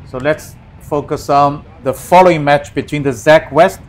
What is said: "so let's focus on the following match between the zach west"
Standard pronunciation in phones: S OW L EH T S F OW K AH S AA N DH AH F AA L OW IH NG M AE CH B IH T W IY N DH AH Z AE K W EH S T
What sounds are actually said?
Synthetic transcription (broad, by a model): S OW L EH T S F OW K AH S AA N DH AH F AA L OW IH NG M AE CH B IH T W IY N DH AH Z AE K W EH S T